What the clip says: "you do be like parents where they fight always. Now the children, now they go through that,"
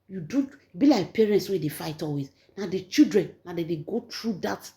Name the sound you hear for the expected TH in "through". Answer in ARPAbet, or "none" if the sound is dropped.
T